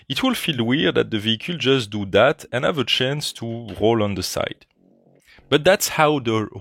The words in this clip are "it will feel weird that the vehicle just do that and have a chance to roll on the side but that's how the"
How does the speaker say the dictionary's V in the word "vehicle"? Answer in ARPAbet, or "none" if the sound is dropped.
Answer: V